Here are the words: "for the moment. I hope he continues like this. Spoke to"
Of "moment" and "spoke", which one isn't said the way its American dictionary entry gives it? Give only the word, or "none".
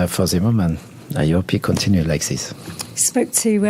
moment